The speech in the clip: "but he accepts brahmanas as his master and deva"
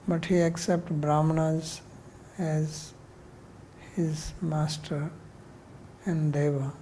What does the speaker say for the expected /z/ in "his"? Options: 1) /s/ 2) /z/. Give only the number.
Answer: 2